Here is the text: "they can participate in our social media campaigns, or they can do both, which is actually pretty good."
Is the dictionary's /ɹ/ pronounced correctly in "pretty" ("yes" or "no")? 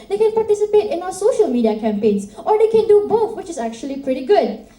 yes